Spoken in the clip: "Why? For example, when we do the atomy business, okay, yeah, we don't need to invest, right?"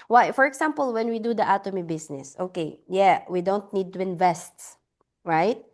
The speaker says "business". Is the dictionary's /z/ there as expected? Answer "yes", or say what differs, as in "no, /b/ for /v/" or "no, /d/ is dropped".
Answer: no, /s/ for /z/